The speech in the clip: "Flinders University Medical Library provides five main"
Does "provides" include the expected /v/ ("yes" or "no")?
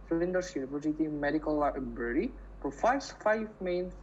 no